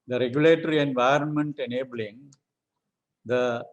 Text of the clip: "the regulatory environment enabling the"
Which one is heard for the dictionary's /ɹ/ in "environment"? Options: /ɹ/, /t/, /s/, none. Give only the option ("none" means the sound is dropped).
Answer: /ɹ/